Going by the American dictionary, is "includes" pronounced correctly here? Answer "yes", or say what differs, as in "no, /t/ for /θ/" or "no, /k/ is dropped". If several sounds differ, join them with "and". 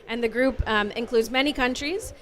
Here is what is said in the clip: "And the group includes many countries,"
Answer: yes